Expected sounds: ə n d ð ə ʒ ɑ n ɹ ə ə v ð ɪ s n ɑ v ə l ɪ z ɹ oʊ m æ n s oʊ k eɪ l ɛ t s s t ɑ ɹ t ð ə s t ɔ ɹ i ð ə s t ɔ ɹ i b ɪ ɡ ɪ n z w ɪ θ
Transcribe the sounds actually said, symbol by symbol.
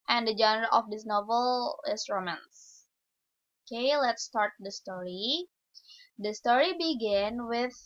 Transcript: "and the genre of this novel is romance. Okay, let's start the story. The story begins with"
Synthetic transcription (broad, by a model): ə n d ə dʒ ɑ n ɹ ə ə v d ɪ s n ɑ v ə l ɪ s ɹ oʊ m æ n s oʊ k eɪ l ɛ t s s t ɑ ɹ t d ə s t ɔ ɹ i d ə s t ɔ ɹ i b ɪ ɡ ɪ n w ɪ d